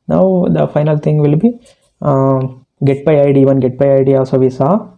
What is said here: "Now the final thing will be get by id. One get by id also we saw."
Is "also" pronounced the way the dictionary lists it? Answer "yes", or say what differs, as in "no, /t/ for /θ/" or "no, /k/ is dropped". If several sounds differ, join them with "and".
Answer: no, /l/ is dropped